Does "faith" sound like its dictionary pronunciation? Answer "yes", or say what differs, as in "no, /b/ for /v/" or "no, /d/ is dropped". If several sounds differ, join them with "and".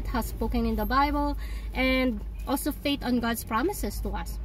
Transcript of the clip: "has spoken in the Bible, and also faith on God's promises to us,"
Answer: no, /t/ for /θ/